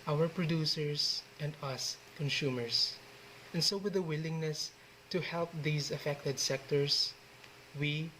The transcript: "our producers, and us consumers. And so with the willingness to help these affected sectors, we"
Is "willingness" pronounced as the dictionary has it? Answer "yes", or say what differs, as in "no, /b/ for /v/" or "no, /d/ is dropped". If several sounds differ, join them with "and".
yes